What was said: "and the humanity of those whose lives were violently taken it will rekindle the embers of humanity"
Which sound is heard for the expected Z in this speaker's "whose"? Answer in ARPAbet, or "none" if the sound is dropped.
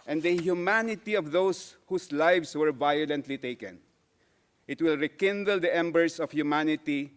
S